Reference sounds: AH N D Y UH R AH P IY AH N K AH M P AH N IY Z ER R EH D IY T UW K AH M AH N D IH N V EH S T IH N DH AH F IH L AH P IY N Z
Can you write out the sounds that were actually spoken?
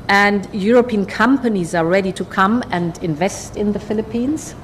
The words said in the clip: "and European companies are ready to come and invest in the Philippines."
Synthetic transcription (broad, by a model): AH N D Y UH R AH P IY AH N K AH M P AH N IY Z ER R EH D IY T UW K AH M AH N D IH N V EH S T IH N DH AH F IH L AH P IY N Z